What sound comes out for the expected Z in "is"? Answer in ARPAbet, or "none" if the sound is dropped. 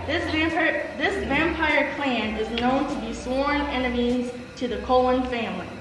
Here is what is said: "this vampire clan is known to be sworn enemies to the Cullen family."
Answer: Z